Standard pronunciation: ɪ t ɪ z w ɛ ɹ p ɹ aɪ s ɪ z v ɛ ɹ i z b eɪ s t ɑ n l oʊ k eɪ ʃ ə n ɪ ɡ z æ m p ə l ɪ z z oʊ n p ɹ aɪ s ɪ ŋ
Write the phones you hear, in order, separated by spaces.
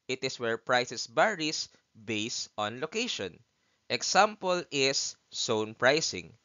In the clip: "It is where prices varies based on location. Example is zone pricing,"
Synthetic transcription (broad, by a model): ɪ t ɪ s w ɛ ɹ p ɹ aɪ s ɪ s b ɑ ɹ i s b eɪ s t ɑ n l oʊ k eɪ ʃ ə n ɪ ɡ s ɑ m p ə l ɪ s oʊ n p ɹ aɪ s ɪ ŋ